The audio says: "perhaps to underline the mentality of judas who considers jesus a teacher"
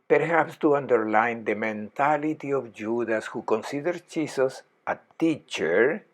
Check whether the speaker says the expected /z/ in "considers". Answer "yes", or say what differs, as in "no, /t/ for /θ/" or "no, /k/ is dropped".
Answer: no, /z/ is dropped